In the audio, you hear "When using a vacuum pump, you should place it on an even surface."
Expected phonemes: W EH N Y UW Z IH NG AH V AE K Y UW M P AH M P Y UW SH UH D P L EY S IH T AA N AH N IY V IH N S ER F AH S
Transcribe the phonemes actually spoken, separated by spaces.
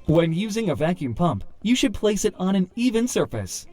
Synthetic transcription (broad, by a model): W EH N Y UW Z IH NG AH V AE K Y UW M P AH M P Y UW SH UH D P L EY S IH T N AH N IY V IH N S ER F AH S